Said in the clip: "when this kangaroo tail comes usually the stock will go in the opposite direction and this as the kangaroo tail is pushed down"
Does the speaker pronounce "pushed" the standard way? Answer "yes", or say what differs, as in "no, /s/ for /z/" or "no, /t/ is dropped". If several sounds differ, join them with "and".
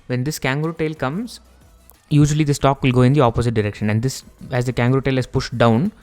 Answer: yes